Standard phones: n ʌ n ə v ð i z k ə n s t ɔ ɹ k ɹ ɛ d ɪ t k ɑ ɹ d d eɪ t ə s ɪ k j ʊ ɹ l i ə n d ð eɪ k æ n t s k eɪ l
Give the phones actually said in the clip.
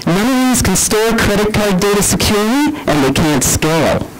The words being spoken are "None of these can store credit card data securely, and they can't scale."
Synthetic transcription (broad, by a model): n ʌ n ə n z k ə n s t ɔ ɹ k ɹ ɛ d ɪ t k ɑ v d d eɪ t ə s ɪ k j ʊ ɹ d i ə n ð eɪ k æ n t s k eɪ l